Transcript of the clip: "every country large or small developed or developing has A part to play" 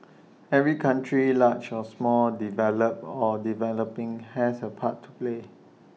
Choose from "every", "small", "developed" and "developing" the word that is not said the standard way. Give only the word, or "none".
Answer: developed